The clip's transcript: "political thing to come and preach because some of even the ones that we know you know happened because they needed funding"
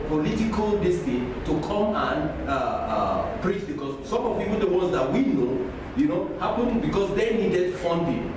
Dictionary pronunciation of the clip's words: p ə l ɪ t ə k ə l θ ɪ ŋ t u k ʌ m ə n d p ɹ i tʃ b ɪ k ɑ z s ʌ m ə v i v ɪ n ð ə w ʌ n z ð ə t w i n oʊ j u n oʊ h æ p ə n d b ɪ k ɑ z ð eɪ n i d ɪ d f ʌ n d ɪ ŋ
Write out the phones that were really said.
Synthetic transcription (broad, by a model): p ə l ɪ t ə k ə l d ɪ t t u k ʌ m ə n p ɹ i tʃ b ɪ k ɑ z s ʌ m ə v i w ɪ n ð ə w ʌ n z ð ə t w i n oʊ j u n oʊ h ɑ p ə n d b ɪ k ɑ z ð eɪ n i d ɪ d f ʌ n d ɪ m